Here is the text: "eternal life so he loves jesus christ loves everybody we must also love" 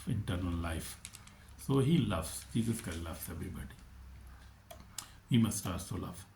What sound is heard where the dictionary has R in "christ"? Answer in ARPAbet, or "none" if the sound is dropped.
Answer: none